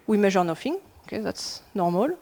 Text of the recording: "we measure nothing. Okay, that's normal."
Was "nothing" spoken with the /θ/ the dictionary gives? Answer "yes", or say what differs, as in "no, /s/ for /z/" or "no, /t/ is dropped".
no, /f/ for /θ/